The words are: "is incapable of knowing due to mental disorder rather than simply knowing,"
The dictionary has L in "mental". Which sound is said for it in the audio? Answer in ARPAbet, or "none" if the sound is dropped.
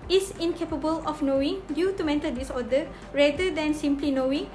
N